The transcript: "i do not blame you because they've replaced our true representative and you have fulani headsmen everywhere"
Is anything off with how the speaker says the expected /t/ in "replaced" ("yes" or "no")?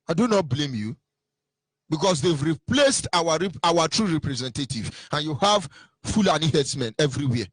no